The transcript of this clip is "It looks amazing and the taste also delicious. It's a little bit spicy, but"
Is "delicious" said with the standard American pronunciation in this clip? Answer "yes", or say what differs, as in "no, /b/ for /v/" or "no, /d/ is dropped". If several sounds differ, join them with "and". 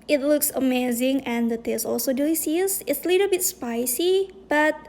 no, /ʃ/ is dropped